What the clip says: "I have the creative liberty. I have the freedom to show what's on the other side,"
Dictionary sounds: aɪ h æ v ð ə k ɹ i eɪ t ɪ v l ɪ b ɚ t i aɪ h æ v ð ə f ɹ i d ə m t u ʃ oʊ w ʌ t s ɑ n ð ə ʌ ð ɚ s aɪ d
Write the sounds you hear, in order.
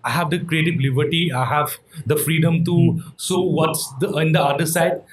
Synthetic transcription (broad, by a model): aɪ h æ v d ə k ɹ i eɪ t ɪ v l ɪ b ɚ t i aɪ h æ v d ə f ɹ i d ə m t u s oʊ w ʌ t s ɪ n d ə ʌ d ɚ s aɪ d